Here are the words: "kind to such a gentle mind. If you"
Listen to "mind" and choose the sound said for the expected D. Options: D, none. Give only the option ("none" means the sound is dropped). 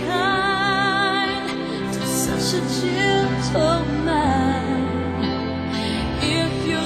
none